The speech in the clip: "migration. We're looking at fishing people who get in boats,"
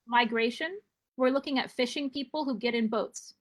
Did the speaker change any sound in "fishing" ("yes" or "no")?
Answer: no